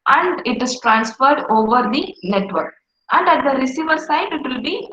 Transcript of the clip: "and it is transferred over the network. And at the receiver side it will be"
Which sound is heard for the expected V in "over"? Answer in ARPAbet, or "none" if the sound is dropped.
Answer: V